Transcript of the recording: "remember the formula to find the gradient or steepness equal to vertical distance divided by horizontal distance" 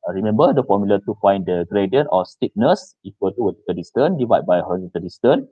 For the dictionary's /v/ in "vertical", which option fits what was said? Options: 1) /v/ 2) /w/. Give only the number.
2